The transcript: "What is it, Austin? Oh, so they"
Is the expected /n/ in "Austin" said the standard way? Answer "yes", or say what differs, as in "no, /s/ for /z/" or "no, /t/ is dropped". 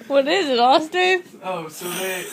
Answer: no, /n/ is dropped